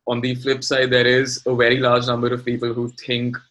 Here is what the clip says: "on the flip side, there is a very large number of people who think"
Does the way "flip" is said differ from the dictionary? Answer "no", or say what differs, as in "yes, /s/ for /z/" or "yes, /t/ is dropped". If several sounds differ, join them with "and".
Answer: no